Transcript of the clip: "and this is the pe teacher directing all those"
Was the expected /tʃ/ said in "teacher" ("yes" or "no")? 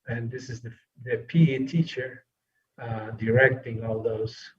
yes